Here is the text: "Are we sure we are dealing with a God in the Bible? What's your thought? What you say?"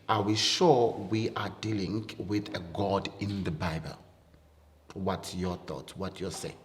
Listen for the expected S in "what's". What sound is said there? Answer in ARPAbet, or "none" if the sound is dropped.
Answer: none